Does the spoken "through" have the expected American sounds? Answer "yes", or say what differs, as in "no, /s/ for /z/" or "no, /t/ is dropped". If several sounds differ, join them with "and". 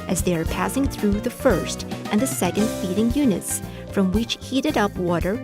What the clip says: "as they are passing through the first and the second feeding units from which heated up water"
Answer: yes